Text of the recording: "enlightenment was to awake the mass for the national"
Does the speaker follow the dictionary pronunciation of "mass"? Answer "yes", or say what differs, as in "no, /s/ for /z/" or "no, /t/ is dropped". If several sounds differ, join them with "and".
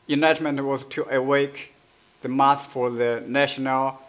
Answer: no, /θ/ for /s/